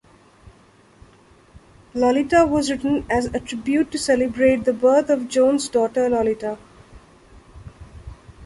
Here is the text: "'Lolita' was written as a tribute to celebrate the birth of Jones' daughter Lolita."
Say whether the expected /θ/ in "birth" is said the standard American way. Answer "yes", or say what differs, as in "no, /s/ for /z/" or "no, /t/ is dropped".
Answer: no, /t/ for /θ/